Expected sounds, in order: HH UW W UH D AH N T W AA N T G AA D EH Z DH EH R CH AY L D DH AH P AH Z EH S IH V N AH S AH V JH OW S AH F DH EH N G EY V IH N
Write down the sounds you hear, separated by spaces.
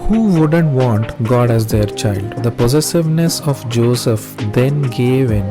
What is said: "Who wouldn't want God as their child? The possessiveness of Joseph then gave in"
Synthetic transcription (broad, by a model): HH UW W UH D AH N T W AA N T G AA D EH Z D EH R CH AY L D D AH P AH Z EH S IH V N AH S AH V JH OW S AH F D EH N G EY V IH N